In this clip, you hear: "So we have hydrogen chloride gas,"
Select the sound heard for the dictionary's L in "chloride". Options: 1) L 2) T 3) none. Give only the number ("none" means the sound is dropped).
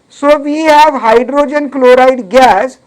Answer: 1